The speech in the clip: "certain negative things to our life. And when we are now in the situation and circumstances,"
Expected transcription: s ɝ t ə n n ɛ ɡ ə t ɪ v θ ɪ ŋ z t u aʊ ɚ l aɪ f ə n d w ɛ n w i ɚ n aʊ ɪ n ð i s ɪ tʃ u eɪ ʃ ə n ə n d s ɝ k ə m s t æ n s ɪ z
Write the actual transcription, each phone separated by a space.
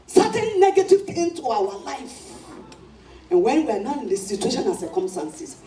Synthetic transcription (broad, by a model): s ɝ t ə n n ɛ ɡ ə t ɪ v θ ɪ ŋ t u aʊ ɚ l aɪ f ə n w ɛ n w i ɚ n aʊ ɪ n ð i s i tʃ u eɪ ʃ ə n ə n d s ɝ k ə m s t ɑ n s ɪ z